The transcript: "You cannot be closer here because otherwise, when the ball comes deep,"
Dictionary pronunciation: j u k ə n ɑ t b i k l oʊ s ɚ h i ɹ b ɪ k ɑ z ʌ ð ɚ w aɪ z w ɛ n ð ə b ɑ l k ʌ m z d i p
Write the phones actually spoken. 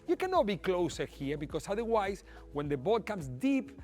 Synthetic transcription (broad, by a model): j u k ə n ɑ t b i k l oʊ s ɚ h i ɹ b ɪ k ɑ s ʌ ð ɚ w aɪ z w ɛ n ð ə b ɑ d k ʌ m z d i p